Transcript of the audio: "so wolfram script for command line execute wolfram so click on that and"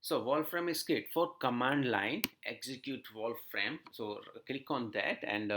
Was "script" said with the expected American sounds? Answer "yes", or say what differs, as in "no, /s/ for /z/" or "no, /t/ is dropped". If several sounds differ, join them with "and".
no, /ɹ/ is dropped and /p/ is dropped